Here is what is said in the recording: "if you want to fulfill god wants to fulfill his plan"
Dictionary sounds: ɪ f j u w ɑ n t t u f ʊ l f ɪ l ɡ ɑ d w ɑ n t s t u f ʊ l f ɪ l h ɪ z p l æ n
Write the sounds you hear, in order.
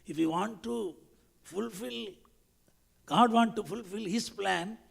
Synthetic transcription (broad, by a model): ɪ f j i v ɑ n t t u f ʊ l f ɪ l ɡ ɑ d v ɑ n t t u f ʊ l f ɪ l h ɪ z p l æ n